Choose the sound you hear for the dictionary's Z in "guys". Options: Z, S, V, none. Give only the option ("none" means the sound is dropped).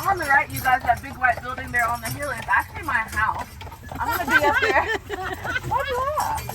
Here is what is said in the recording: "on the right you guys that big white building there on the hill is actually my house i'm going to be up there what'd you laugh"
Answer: Z